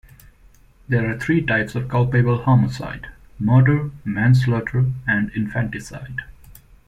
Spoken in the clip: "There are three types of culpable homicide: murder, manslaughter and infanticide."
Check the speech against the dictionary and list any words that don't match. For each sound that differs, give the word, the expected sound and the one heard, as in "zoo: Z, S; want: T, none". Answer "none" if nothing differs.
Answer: three: TH, T